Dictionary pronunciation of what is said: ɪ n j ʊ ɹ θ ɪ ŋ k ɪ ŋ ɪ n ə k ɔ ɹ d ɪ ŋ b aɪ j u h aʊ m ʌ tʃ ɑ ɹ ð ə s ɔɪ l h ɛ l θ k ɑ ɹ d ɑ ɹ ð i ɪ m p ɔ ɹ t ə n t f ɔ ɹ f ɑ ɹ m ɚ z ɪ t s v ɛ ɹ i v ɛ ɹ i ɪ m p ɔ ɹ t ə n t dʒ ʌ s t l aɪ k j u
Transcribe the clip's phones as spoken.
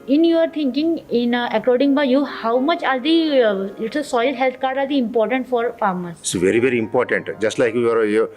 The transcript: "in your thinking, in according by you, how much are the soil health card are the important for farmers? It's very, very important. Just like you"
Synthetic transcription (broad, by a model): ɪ n j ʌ ɹ t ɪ ŋ k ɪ ŋ ɪ n ə k ɔ ɹ d ɪ ŋ b aɪ j u h aʊ m ʌ tʃ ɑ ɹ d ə s ɔɪ l h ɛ l t k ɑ ɹ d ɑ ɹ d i ɪ m p ɔ ɹ t ə n t f ɔ ɹ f ɑ ɹ m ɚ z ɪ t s v ɛ ɹ i v ɛ ɹ i ɪ m p ɔ ɹ t ə n t dʒ ʌ s t l aɪ k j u